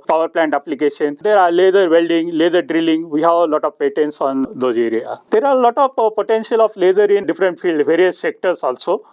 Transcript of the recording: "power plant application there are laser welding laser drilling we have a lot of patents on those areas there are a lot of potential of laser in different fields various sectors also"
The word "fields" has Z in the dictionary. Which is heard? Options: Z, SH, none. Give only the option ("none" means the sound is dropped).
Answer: none